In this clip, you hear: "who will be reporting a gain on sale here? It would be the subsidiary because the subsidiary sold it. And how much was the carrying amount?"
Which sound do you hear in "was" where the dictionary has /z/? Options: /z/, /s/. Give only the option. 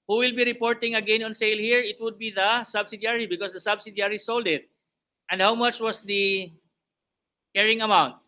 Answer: /s/